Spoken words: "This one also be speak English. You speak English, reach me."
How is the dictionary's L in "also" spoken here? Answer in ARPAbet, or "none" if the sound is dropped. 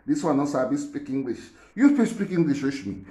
none